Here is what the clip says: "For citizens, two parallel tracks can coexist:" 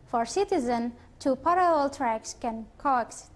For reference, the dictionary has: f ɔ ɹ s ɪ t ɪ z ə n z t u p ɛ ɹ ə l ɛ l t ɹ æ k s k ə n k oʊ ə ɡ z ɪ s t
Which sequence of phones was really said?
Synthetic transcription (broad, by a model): f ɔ ɹ s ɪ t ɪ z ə n t u p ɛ ɹ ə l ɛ l t ɹ æ k s k ə n k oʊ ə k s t